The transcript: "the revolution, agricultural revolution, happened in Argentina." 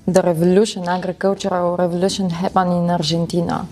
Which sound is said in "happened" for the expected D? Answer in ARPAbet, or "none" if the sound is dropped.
none